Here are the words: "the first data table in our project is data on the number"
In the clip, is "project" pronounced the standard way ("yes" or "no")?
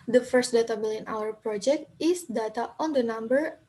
yes